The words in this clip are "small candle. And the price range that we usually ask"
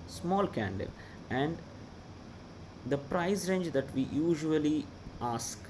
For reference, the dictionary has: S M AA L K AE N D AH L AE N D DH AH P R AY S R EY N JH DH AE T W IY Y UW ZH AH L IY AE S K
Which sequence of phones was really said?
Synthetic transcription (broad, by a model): S M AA L K AE N D AH L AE N D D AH P R AY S R EY N JH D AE T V IY Y UW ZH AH L IY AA S K